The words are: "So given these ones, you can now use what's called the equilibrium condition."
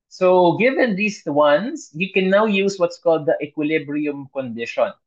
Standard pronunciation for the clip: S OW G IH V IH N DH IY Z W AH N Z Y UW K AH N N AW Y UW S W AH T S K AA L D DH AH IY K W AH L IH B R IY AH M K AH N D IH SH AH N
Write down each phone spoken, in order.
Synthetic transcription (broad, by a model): S OW G IH V IH N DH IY S W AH N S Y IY K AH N N AW Y UW S W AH T S K AA L D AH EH K W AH L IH B R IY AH M K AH N D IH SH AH N